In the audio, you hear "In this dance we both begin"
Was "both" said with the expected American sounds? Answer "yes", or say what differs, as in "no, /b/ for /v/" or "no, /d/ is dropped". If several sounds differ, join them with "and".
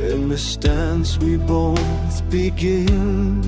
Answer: yes